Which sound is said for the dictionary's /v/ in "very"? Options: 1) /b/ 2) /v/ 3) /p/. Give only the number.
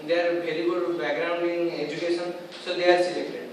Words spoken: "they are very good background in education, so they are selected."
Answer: 1